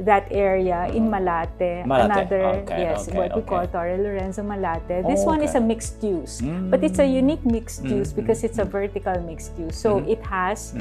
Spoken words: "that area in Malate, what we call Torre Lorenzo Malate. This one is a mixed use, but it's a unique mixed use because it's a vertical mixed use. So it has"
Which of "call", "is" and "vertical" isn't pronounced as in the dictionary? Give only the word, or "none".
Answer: is